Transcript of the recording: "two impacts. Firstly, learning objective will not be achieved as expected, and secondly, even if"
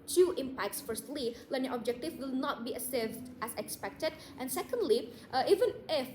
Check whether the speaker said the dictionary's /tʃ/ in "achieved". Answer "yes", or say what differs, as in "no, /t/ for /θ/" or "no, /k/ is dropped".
no, /s/ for /tʃ/